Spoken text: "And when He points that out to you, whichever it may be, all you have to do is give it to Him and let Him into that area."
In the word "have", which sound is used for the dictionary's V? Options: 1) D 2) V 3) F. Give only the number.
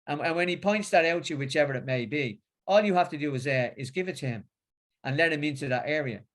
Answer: 3